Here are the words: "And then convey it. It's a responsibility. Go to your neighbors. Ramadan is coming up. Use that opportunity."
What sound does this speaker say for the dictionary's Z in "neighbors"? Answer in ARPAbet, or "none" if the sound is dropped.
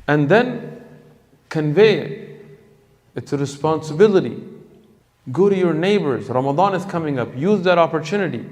Z